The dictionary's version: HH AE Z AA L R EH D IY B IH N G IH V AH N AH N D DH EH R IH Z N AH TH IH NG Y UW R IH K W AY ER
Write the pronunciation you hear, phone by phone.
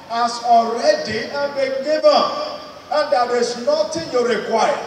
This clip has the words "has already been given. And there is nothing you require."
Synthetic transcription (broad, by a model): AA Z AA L R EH D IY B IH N G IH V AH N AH N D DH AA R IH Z N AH T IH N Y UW R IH K W AY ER